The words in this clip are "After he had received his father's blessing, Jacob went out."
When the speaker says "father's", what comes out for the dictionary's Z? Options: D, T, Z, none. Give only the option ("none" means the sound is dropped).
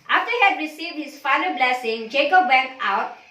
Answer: none